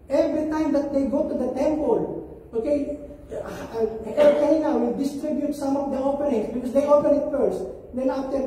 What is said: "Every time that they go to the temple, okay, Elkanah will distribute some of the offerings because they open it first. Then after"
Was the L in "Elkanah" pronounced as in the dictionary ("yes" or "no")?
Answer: no